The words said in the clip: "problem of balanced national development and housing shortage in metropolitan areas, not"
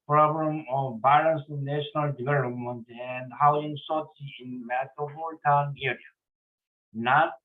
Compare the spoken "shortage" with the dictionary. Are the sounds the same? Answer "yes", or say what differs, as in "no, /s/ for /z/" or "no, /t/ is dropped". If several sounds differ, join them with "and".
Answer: no, /s/ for /ʃ/ and /dʒ/ is dropped